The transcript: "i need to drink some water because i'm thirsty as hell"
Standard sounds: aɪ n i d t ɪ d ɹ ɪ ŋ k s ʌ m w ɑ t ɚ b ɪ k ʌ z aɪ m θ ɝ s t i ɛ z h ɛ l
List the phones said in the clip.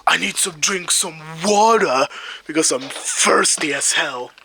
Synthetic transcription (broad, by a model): aɪ n i d t ɪ d ɹ ɪ ŋ k s ʌ m w ɑ t ɚ b ɪ k ʌ z aɪ m f ɝ s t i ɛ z h ɛ l